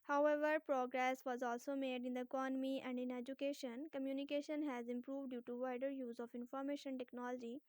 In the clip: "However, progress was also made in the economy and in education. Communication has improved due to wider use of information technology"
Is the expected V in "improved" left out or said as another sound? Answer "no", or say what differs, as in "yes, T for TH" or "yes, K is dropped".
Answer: no